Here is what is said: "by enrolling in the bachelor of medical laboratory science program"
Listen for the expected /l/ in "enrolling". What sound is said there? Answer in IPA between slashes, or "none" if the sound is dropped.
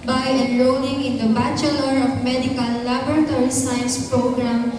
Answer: /n/